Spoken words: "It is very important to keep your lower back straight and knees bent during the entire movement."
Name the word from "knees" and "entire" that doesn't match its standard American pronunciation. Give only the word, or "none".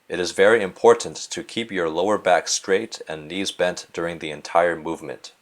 none